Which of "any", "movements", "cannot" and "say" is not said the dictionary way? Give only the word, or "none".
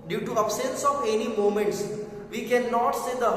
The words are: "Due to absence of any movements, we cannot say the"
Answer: movements